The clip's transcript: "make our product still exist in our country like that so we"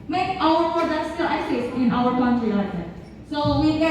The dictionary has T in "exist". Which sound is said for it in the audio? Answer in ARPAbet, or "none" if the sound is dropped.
none